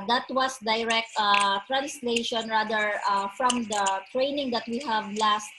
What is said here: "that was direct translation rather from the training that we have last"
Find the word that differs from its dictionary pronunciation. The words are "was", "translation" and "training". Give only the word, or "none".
was